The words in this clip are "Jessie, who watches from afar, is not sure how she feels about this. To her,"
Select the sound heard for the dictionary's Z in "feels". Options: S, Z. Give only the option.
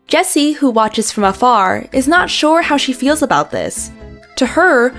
Z